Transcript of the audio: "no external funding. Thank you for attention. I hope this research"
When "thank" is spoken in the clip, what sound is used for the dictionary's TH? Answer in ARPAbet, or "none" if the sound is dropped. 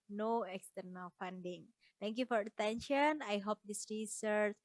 T